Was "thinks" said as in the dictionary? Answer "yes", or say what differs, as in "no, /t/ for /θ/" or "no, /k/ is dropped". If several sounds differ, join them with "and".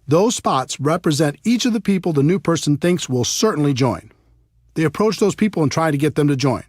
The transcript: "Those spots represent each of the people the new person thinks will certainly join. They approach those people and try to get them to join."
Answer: yes